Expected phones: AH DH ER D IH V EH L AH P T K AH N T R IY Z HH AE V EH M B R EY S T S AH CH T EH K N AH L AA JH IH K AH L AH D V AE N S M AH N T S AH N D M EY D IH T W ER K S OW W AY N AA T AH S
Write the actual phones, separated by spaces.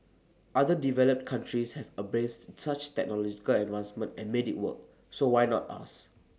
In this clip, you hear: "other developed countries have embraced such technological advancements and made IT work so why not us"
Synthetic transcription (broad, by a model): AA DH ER D IH V EH L AH P T K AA N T R IY S HH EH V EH B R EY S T S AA CH T EH K N AH L AA JH IH K AH L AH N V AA N S M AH N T AH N M EY D IH T W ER K S OW W AY N AA T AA S